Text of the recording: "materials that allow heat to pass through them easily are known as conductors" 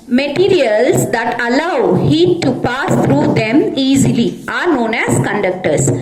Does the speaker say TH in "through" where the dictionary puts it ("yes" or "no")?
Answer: no